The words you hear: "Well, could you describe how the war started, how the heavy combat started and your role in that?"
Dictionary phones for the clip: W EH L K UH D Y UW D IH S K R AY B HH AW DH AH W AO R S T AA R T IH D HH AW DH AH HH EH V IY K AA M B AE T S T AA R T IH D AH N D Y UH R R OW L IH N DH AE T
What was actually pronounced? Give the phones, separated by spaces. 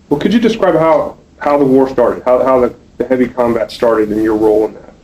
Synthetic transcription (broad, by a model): W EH L K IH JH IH D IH S K R AY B HH AW DH AH W AO R S T AA R T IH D HH AW DH AH HH EH V IY K AA M B AE T S T AA R T IH D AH N Y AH R R OW L IH N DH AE T